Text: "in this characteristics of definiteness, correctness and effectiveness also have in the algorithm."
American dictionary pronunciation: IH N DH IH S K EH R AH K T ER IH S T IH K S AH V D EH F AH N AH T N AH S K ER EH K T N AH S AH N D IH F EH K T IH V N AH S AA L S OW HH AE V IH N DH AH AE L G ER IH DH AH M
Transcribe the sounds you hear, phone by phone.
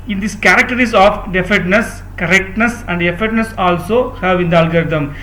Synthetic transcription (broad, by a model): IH N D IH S K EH R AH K T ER T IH S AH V D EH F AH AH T N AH S K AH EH K T N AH S AH N D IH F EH T N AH S AA L S OW HH AE V IH N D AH L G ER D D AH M